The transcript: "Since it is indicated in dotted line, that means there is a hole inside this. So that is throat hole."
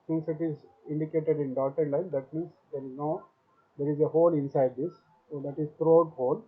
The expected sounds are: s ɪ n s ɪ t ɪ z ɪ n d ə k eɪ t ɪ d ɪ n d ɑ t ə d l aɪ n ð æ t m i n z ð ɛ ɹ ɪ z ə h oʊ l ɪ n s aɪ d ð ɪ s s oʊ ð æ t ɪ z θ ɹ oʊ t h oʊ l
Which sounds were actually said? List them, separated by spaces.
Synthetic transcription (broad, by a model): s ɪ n s ɪ t ɪ z ɪ n d ə k eɪ t ɪ d ɪ n d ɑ t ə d l aɪ n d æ t m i n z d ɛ ɹ ɪ z ə h oʊ l ɪ n s aɪ d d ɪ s s oʊ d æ t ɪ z t ɹ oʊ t h oʊ l